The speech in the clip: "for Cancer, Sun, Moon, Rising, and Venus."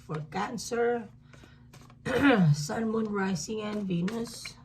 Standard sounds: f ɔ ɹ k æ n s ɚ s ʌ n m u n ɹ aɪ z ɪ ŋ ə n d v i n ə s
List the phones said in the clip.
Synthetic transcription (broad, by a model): f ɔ ɹ k æ n s ɚ s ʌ n m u n ɹ aɪ s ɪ ŋ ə n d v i n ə s